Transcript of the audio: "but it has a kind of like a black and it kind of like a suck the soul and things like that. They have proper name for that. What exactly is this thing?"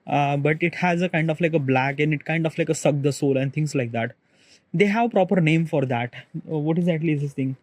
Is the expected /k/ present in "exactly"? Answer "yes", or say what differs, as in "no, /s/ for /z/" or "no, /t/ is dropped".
no, /k/ is dropped